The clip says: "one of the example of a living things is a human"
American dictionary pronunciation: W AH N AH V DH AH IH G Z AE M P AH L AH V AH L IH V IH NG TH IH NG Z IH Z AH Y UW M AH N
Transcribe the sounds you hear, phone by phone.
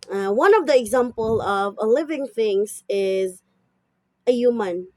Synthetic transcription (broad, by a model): W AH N AH V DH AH IH G Z AE M P AH L AH V AH L IH V IH NG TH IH NG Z IH Z AH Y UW M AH N